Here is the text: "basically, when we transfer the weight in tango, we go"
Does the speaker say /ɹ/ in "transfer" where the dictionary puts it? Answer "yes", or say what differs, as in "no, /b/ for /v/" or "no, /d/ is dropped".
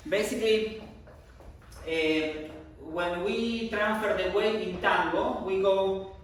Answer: yes